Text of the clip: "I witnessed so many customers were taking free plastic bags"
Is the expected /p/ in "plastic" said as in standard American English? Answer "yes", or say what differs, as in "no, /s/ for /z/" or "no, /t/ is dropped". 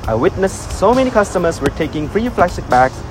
no, /f/ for /p/